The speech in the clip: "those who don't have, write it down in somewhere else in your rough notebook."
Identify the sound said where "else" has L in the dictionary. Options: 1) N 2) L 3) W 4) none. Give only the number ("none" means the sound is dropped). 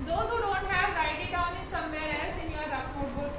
4